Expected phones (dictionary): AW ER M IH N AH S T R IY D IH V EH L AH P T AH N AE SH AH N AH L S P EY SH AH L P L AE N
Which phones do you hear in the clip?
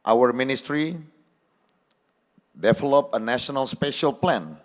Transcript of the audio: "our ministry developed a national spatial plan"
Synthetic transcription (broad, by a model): AW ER M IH N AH S T R IY D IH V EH L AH P AH N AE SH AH N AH L S P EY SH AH L P L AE N